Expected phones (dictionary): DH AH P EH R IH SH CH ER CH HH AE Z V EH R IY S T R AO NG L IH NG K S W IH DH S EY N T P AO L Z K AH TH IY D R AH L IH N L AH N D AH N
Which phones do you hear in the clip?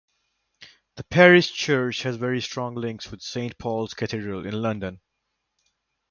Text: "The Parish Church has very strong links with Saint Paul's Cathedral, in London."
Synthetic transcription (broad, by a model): DH AH P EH R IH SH CH ER CH HH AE Z V EH R IY S T R AO NG L IH NG K S W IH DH S EY N T P AO L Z K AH T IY D R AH L IH N L AH N D AH N